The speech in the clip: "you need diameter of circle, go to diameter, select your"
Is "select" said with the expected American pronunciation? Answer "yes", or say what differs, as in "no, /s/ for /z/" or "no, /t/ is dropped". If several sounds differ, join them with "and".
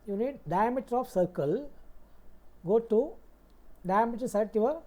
no, /l/ is dropped and /k/ is dropped